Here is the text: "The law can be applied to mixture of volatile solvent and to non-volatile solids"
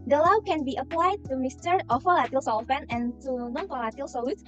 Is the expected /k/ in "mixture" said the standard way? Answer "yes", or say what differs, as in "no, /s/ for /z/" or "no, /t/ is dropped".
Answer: no, /k/ is dropped